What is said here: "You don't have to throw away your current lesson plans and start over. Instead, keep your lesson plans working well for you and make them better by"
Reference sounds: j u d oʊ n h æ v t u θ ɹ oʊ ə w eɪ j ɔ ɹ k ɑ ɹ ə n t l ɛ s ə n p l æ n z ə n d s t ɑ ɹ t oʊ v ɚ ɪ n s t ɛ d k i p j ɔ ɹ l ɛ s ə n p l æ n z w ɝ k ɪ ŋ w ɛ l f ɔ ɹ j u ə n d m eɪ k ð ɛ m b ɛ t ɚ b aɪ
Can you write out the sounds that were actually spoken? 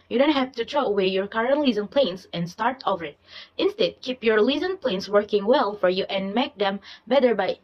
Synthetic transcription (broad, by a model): j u d oʊ n h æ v t u t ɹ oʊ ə w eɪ j ɔ ɹ k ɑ ɹ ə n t l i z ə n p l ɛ n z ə n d s t ɑ ɹ t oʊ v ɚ ɪ n s t ɛ d k i p j ɔ ɹ l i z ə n p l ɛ n s w ɝ k ɪ ŋ w ɛ l f ɔ ɹ j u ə n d m eɪ k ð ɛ m b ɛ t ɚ b aɪ